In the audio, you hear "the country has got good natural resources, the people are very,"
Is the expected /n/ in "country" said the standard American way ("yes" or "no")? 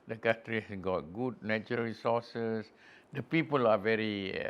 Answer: no